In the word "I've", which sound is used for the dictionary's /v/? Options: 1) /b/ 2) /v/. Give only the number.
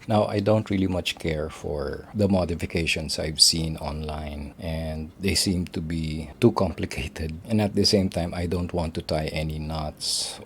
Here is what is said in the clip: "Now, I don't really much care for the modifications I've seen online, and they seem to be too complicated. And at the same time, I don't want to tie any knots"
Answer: 2